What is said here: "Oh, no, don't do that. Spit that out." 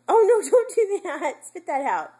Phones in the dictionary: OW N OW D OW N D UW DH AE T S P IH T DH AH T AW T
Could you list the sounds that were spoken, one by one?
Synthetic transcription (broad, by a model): OW N OW D OW N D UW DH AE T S F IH T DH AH T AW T